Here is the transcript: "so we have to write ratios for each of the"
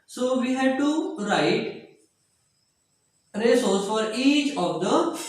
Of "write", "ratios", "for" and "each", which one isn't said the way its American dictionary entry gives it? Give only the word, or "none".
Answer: ratios